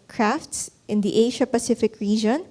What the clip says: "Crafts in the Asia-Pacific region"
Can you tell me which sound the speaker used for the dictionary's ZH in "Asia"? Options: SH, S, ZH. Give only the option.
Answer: SH